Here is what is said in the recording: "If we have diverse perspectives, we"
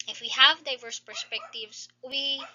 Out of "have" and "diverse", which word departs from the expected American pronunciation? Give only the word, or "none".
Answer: none